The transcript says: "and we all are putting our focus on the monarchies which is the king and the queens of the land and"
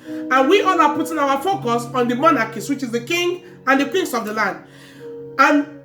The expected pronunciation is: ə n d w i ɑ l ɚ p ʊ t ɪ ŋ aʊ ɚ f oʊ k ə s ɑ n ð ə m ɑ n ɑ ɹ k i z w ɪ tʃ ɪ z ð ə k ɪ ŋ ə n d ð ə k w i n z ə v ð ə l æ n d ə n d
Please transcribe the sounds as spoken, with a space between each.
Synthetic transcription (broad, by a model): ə n w i ɑ l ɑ p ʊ t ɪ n aʊ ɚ f oʊ k ə s ɑ n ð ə m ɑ n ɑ k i s w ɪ tʃ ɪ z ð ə k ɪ ŋ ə n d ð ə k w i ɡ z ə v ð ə l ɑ n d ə n